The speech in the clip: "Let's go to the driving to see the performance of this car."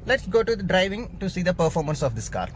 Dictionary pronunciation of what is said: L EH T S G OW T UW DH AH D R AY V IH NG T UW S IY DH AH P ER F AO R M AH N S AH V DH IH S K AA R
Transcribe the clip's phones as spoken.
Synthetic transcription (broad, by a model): L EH T S G OW T UW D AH D R AY V IH NG T UW S IY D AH P ER F AO R M AH N S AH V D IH S K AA R